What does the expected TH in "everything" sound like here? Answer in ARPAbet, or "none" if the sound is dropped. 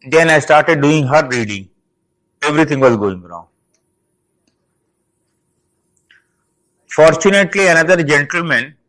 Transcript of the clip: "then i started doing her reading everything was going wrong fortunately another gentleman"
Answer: T